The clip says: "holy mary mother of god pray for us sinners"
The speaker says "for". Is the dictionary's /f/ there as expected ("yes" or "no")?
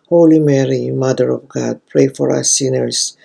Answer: yes